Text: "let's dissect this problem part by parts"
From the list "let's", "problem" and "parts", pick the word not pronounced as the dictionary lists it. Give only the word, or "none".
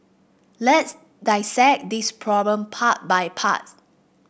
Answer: parts